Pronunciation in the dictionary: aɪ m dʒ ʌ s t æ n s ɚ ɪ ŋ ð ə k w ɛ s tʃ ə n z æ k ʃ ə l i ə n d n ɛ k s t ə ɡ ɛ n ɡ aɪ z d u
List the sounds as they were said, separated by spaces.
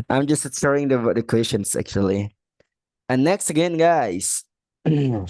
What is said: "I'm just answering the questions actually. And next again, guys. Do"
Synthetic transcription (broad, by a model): aɪ m dʒ ʌ s t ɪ s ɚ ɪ ŋ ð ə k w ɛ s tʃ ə n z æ k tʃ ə l i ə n n ɛ k s t ə ɡ ɛ n ɡ aɪ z